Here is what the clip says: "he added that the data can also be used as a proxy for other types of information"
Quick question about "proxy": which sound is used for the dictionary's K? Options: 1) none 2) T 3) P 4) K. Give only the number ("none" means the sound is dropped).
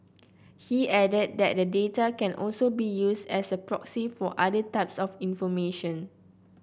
4